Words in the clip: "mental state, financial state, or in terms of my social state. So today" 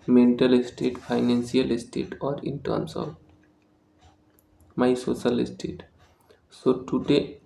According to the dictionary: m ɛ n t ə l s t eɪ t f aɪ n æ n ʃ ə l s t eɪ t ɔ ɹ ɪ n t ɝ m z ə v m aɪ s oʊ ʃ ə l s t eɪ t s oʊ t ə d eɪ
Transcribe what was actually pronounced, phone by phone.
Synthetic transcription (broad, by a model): m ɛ n t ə l s t eɪ t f aɪ n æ n s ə l s t eɪ t ɔ ɹ ɪ n t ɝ m s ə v m aɪ s oʊ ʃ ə l s t eɪ t s oʊ t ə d eɪ